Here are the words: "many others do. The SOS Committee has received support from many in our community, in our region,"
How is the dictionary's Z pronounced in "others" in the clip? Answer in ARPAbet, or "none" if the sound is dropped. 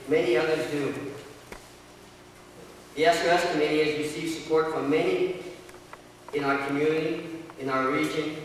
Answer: Z